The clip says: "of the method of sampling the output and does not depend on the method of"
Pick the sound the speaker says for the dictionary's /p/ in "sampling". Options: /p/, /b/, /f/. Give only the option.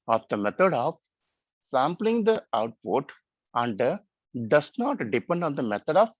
/p/